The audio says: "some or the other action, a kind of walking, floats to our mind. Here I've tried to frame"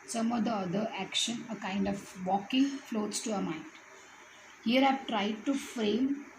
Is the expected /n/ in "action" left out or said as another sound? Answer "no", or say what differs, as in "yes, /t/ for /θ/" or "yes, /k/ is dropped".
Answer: no